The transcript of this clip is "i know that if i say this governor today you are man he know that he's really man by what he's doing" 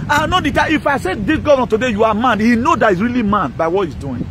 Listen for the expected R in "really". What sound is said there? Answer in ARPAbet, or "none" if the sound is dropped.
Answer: R